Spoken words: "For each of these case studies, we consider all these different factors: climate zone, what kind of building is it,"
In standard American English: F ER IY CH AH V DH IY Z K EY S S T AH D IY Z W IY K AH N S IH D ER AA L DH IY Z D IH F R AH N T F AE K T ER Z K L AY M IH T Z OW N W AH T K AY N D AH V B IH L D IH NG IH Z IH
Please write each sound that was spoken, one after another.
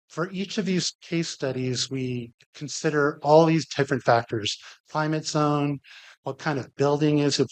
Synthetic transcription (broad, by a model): F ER IY CH AH V DH IY Z K EY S S T AH D IY Z W IY K N S IH D ER AA L DH IY Z D IH F R AH N T F AE K T ER Z K L AY M IH T Z OW N W AH T K AY N D AH V B IH L D IH NG IH Z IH